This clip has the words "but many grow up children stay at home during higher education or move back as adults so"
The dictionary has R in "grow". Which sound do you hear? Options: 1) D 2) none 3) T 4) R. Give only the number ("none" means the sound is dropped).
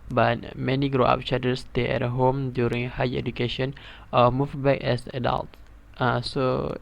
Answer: 4